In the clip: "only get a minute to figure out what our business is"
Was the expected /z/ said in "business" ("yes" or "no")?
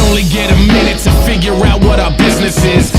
yes